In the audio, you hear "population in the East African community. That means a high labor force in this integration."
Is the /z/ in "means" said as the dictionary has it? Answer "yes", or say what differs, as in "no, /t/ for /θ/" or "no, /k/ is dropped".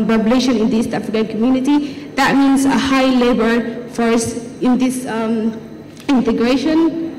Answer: no, /s/ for /z/